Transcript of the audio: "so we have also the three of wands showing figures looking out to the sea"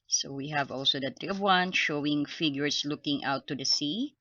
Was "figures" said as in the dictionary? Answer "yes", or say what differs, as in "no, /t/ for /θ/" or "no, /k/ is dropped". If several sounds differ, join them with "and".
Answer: no, /s/ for /z/